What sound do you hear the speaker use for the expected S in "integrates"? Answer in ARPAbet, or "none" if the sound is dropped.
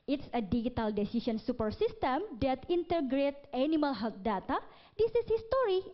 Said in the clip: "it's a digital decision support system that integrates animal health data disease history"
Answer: none